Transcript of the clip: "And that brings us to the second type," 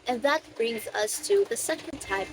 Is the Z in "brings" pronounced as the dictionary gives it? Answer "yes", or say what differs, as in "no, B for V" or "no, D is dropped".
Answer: yes